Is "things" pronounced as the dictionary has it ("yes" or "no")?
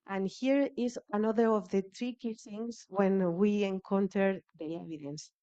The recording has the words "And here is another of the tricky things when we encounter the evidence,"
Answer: no